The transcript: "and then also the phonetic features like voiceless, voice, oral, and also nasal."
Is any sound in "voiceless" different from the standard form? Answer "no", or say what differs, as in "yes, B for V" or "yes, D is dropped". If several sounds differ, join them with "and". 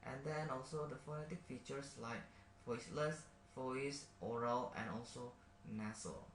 yes, F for V